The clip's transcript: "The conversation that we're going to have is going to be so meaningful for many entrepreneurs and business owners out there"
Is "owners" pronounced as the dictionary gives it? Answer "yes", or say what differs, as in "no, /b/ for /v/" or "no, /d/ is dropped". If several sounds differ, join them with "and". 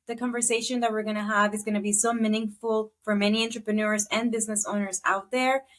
yes